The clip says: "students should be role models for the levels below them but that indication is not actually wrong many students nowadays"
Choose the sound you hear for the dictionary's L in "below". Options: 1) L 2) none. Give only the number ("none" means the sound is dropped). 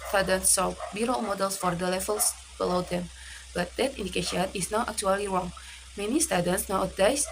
1